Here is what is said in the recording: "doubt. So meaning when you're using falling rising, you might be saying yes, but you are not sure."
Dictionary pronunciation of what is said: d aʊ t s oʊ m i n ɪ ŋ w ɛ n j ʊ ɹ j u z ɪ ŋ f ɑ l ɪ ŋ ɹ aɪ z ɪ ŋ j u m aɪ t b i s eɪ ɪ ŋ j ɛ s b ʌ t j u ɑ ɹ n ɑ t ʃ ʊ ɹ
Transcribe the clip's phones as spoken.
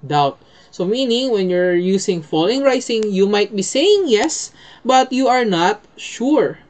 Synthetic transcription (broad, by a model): d aʊ t s oʊ m i n ɪ ŋ w ɛ n j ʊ ɹ j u s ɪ ŋ f ɑ l ɪ ŋ ɹ aɪ s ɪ ŋ j u m aɪ t b i s eɪ ɪ ŋ j ɛ s b ʌ t j u ɑ ɹ n ɑ t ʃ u ɹ